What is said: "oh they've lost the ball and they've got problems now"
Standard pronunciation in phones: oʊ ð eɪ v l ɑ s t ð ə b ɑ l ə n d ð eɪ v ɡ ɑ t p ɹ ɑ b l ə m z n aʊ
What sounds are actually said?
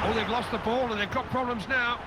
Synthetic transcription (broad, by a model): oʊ ð eɪ v l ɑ s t ð ə b ɑ l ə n ð eɪ v ɡ ɑ t p ɹ ɑ b l ə m z n aʊ